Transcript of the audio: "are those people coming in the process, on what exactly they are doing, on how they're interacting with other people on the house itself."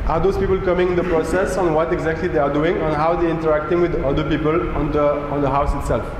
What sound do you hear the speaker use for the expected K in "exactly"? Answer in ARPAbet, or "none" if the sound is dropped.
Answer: K